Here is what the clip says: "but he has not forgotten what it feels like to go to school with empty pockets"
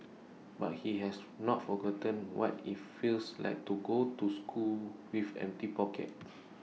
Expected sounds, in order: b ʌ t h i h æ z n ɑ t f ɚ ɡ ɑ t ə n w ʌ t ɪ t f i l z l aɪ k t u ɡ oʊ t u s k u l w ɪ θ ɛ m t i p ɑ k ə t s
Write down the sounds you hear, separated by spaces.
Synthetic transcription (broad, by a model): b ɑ t h i h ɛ s n ɑ t f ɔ ɡ ɑ t ə n w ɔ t ɪ t f i l s l aɪ k t u ɡ oʊ t u s k u l w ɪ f ɛ m t i p ɑ k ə t